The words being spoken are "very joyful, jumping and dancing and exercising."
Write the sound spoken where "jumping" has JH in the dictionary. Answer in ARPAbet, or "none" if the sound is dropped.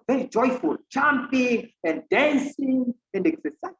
CH